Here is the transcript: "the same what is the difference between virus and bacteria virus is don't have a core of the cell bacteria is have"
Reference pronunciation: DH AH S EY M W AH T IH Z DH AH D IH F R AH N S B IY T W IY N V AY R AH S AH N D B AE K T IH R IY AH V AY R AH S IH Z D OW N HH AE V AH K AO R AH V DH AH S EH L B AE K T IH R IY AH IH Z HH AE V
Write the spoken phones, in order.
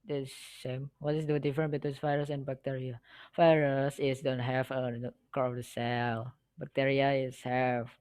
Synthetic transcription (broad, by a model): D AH S EY M W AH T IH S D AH D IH F R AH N B IY T W IY N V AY R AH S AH N B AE K T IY R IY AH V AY R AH S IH S D OW N HH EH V AH K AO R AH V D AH S EH L B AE K T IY R IY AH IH S HH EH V